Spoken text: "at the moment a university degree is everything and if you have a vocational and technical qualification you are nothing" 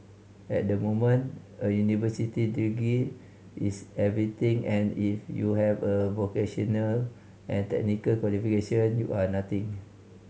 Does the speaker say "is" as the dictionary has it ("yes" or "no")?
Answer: no